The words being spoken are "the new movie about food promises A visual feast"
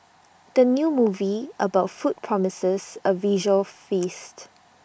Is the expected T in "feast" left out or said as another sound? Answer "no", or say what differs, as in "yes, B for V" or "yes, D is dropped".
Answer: no